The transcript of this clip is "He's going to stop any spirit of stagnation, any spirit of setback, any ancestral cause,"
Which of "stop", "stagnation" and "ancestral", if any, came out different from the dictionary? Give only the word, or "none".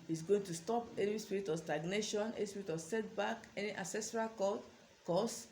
ancestral